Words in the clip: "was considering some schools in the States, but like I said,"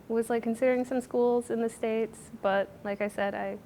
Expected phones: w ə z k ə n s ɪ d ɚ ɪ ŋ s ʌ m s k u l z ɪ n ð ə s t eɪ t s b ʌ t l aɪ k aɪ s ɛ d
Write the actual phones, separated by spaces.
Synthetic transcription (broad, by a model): w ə z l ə n s ɪ d ɚ ɪ ŋ s ʌ m s k u l z ɪ n ð ə s t eɪ t s b ʌ t l aɪ k aɪ s ɛ d